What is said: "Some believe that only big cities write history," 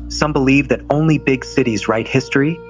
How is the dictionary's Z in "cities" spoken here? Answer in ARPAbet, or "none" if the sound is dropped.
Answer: Z